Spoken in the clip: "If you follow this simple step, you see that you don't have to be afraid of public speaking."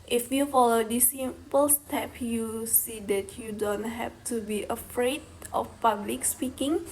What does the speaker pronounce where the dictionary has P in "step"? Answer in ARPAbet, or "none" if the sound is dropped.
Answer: P